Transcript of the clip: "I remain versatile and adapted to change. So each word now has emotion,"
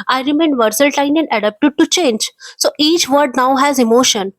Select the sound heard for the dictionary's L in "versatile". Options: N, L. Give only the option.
N